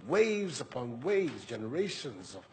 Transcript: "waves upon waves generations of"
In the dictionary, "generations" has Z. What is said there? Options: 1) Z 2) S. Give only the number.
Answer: 1